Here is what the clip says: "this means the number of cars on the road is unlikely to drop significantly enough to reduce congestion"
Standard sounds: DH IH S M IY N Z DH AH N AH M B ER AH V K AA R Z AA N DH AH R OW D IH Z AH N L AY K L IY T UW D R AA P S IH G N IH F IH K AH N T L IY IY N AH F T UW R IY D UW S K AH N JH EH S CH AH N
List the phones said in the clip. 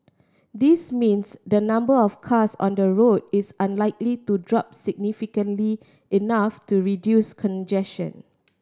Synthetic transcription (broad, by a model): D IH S M IY N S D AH N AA M B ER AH F K AA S AA N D AH R OW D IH S AH N L AY K L IY T UW D R AA P S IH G N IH F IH K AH N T L IY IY N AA F T UW R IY D UW S K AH N JH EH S SH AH N